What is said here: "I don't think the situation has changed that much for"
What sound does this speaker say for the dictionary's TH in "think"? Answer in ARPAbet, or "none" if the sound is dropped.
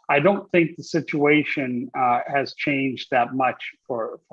TH